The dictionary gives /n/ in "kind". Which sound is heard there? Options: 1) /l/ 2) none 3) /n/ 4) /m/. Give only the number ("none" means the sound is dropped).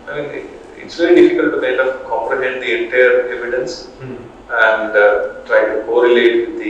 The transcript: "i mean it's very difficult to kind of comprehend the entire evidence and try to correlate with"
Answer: 2